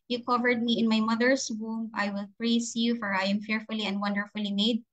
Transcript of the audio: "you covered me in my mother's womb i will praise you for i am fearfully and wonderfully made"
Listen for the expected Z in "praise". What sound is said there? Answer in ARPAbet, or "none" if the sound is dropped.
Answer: S